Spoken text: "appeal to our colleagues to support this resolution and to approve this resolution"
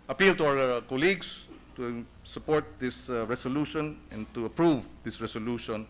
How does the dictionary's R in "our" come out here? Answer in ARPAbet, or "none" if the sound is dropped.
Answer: W